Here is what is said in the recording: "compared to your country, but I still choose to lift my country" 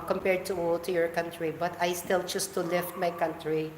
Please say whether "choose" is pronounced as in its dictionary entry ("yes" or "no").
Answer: no